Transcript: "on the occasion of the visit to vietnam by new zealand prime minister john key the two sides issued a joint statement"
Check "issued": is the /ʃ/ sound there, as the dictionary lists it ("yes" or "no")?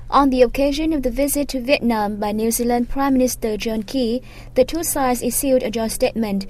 no